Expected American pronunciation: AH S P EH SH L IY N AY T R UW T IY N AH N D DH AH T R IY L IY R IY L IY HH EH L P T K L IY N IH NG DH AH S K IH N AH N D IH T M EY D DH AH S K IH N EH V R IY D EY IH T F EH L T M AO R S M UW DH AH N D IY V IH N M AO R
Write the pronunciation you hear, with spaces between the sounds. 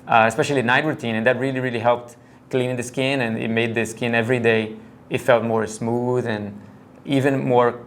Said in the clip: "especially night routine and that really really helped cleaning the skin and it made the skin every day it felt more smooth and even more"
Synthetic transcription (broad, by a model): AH S P EH SH L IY N AY T R UW T IY N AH N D DH AH T R IY L IY R IY L IY HH EH L P T K L IY N IH NG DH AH S K IH N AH N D IH T M EY D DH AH S K IH N EH V R IY D EY IH T F EH L T M AO R S M UW DH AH N IY V IH N M AO R